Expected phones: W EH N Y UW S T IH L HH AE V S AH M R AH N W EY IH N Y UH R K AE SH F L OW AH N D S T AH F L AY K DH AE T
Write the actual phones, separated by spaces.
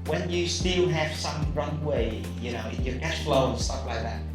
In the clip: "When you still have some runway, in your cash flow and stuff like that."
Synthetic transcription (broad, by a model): W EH N Y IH S T IH L HH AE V S AH M R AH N W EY IH N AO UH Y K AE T F L OW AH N S T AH P L AY K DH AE T